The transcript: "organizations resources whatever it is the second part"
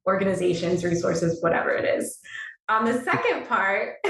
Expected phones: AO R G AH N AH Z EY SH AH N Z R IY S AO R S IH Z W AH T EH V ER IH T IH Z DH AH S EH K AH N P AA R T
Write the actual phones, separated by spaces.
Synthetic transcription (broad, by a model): AO R G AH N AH Z EY SH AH N Z R IY S AO R S IH Z W AH T EH V ER IH T IH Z DH AH S EH K AH N P AA R T